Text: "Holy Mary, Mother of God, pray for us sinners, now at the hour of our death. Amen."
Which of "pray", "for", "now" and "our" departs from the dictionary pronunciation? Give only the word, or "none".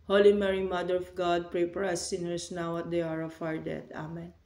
for